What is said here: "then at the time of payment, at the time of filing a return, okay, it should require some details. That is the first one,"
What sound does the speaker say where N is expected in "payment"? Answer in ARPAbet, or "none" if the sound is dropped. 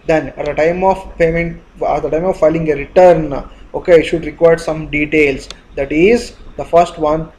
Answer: N